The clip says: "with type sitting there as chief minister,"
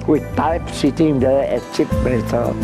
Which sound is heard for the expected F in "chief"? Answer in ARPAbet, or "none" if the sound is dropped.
P